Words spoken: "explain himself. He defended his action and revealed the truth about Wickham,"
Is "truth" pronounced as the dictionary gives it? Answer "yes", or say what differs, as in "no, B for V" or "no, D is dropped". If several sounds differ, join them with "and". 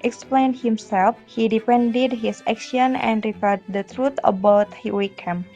no, T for TH